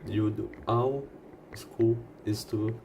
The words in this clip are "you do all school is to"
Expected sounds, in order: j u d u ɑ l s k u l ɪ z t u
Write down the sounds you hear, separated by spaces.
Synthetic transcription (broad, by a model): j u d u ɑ w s k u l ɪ s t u